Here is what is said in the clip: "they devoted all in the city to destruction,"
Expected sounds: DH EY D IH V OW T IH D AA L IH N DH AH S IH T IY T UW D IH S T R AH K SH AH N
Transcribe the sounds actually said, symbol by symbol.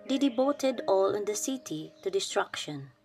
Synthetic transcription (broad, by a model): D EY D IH B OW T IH D AA L IH N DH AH S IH T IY T UW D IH S T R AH K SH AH N